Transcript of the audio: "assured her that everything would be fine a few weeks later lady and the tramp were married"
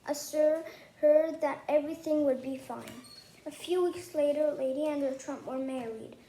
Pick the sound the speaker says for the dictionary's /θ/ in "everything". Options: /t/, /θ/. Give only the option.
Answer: /θ/